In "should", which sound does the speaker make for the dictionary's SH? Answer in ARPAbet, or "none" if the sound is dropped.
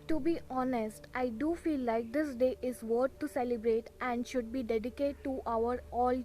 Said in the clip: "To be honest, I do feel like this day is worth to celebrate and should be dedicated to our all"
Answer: SH